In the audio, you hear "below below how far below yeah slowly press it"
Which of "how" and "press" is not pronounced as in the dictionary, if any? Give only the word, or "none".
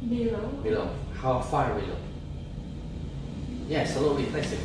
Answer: press